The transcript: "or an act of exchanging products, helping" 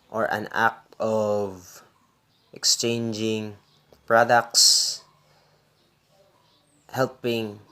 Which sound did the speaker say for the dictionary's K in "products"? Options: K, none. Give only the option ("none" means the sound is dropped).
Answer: K